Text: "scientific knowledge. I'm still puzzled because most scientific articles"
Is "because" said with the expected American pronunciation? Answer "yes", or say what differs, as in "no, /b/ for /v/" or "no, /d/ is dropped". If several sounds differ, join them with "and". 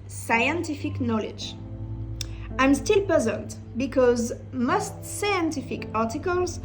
yes